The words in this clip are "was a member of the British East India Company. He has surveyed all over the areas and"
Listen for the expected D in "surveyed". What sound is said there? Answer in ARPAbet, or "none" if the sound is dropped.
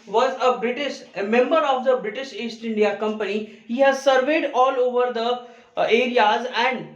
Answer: D